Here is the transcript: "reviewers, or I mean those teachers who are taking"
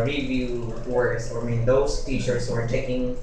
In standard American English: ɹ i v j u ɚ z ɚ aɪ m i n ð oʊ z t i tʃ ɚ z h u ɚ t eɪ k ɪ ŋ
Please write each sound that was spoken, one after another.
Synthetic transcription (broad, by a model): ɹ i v j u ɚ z ɚ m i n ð oʊ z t i ʃ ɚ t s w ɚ t eɪ k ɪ ŋ